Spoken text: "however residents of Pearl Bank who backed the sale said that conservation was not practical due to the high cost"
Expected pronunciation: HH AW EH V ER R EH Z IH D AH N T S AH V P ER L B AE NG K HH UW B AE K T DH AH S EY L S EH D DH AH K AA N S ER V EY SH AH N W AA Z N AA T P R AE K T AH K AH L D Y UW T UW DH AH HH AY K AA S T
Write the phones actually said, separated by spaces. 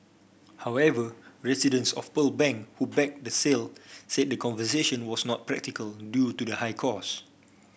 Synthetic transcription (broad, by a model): HH AW EH V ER R EH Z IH D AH N S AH F P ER L B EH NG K HH UW B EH K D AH S EY L S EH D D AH K AA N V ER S EY SH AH N W AA S N AA T P R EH K T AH K AH L D Y UW T UW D AH HH AY K AA S